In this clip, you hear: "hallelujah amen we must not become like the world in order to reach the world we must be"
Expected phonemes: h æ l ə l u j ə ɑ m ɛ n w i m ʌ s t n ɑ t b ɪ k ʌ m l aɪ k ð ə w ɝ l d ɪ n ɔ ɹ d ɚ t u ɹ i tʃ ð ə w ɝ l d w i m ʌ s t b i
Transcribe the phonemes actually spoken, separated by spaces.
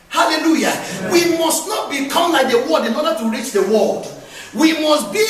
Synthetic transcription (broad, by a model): h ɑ l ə l u j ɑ w i m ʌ s t n ɑ t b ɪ k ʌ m l aɪ k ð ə w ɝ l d ɪ n ɔ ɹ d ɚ t u ɹ i tʃ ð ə w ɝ l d w i m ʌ s t b i